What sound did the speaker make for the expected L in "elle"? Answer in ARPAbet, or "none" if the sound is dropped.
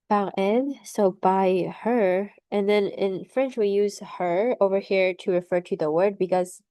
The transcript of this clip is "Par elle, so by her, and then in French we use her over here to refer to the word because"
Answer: N